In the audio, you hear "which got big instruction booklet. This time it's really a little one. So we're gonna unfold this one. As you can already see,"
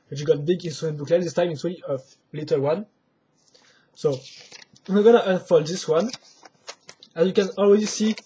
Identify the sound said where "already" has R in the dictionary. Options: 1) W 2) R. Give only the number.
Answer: 1